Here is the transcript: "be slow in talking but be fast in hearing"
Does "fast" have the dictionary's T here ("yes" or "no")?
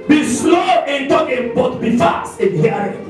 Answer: no